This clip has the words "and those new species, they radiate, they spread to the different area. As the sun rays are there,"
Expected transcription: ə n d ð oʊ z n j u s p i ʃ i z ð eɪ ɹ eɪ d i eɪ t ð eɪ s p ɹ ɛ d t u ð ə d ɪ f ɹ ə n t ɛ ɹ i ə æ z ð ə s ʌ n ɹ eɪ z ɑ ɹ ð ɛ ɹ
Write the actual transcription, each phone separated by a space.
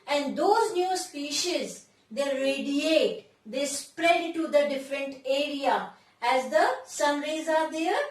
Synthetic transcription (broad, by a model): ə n d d oʊ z n j u s p i ʃ i z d eɪ ɹ eɪ d i eɪ t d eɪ s p ɹ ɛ d t u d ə d ɪ f ɹ ə n t ɛ ɹ i ə æ z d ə s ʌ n ɹ eɪ z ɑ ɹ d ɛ ɹ